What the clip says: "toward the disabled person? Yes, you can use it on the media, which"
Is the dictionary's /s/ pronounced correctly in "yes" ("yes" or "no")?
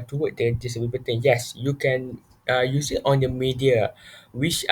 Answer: yes